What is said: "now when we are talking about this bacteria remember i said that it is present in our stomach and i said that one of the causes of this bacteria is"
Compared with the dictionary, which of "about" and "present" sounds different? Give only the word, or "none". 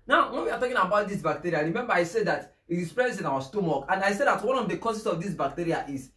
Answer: present